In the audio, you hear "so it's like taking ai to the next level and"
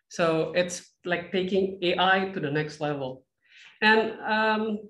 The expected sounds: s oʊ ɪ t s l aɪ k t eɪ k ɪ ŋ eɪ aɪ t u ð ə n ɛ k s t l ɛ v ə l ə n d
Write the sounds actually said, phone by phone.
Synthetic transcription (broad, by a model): s oʊ ɪ t s l aɪ k t eɪ k ɪ ŋ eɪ aɪ t u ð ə n ɛ k s t l ɛ v ə l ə n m